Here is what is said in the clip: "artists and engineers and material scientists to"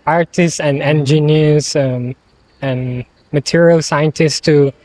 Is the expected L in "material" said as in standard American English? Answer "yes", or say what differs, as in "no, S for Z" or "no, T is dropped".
yes